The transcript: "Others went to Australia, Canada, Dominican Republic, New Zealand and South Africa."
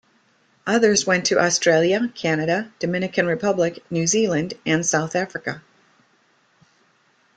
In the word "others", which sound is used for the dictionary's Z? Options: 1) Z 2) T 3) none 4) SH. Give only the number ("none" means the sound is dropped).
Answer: 1